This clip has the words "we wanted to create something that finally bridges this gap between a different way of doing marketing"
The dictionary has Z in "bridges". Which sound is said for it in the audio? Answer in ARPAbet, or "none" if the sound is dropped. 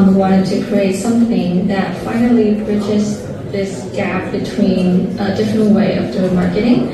S